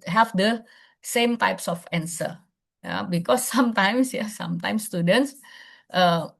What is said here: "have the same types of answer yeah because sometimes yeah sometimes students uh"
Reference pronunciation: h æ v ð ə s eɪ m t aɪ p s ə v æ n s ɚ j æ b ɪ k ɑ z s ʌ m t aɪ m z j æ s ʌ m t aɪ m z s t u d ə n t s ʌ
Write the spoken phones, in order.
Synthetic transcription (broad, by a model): h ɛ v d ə s eɪ m t aɪ p s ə f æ n s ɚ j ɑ b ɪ k ɑ s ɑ m t aɪ m s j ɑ s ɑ m t aɪ m s t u d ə n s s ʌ